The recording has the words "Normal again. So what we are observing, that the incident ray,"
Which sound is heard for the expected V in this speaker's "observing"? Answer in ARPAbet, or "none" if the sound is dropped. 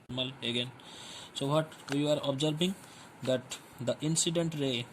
B